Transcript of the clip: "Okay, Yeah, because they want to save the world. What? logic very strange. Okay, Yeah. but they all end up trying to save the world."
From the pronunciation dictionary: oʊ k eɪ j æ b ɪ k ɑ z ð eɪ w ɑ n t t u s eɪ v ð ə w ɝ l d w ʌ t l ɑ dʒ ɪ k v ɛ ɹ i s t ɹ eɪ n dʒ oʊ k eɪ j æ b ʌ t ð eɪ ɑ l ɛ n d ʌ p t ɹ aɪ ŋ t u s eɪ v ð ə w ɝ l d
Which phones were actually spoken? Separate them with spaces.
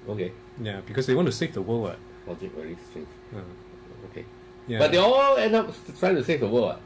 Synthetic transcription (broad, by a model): oʊ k eɪ j æ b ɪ k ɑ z ð eɪ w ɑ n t t u s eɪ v ð ə w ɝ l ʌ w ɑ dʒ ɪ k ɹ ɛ l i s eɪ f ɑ oʊ k eɪ j æ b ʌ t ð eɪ ɑ l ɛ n ʌ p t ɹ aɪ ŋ t u s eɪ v ð ə w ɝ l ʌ